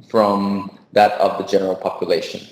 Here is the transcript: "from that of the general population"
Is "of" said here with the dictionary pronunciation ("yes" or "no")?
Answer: yes